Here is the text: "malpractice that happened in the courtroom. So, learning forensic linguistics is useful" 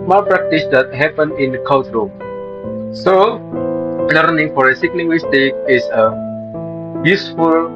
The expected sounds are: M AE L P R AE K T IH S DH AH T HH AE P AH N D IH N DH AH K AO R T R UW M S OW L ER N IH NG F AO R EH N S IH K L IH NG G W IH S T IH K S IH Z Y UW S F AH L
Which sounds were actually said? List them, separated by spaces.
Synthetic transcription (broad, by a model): M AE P R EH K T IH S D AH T HH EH P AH N IH N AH K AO L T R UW S OW L ER N IH NG F AO R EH S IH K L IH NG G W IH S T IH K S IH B Y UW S F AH L